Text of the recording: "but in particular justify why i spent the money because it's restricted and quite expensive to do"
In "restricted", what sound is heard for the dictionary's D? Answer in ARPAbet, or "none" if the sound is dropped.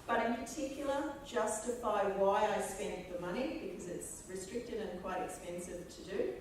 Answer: D